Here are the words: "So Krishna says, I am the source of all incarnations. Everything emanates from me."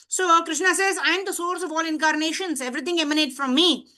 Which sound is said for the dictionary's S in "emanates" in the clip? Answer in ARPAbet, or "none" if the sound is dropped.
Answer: none